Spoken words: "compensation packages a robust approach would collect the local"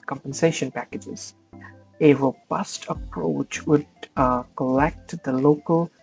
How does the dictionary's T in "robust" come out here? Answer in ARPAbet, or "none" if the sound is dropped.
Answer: T